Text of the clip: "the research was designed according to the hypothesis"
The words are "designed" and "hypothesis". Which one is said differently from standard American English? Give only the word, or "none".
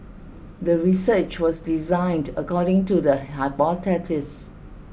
hypothesis